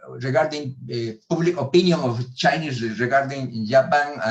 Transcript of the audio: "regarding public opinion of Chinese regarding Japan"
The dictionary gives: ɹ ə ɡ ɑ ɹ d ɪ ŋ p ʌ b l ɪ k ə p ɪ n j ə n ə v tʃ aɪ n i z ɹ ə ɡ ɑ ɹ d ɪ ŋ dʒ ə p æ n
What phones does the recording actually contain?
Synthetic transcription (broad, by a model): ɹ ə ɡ ɑ ɹ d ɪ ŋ p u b l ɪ k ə p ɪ n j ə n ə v tʃ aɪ n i s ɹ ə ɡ ɑ ɹ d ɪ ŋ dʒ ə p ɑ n